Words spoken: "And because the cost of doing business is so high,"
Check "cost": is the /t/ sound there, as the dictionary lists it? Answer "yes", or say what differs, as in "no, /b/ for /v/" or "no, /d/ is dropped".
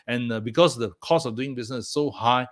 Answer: no, /t/ is dropped